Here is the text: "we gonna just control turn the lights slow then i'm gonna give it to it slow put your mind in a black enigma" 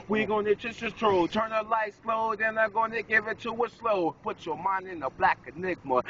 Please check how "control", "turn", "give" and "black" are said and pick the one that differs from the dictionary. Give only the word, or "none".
control